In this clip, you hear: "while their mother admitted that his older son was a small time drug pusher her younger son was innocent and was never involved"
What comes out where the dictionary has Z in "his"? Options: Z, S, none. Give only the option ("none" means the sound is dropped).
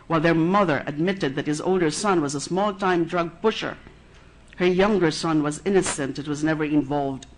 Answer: Z